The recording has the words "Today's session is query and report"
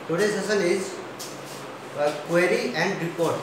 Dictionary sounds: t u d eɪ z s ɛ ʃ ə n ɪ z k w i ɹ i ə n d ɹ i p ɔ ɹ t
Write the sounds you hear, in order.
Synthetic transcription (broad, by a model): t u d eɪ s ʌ s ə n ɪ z k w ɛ ɹ i ə n d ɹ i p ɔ ɹ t